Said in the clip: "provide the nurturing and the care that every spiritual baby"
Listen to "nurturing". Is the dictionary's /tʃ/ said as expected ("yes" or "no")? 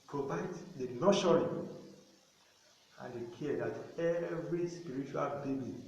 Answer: no